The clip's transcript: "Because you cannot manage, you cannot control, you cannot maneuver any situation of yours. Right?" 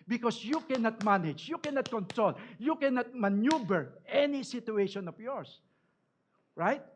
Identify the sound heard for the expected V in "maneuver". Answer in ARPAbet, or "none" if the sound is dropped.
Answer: B